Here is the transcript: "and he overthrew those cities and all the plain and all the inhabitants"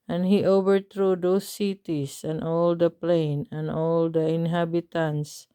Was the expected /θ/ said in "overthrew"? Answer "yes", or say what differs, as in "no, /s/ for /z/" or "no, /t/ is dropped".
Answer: no, /t/ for /θ/